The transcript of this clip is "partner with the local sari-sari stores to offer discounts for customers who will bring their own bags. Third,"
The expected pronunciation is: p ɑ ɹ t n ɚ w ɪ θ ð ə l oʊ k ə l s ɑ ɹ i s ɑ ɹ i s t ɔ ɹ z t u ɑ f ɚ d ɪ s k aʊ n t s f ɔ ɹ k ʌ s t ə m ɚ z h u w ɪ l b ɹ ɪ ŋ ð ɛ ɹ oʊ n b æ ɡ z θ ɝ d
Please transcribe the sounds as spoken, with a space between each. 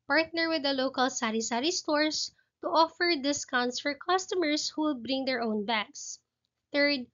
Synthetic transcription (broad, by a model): p ɑ ɹ t n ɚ w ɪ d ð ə l oʊ k ə l s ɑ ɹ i s ɑ ɹ i s t ɔ ɹ s t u ɑ f ɚ d ɪ s k aʊ n t s f ɔ ɹ k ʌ s t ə m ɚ s h u w ɪ l b ɹ ɪ ŋ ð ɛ ɹ oʊ n b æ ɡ s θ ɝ d